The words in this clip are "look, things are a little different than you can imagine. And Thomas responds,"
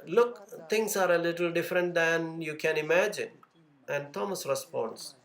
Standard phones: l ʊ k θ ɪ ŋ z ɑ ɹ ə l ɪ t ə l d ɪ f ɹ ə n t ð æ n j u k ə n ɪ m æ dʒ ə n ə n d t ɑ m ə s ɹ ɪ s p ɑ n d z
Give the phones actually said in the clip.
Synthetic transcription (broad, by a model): l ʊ k t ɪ ŋ s ɑ ɹ ə l ɪ t ə l d ɪ f ɹ ə n t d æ n j u k ə n ɪ m æ dʒ ə n ə n d t ɑ m ə s ɹ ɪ s p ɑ n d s